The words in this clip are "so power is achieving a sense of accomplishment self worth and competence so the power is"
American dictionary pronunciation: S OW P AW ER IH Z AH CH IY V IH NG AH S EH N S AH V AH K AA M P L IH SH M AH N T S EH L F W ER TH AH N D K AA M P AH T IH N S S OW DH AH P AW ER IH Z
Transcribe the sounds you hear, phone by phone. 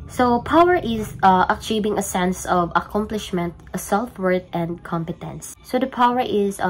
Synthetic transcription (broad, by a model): S OW P AW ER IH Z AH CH IY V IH NG AH S EH N S AH V AH K AA M P L IH SH M AH N T S EH L F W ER T AH N D K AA M P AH T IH N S S OW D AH P AW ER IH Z